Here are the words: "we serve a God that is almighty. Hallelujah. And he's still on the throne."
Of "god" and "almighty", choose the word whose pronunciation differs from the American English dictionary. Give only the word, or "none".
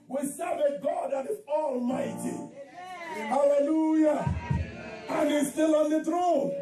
none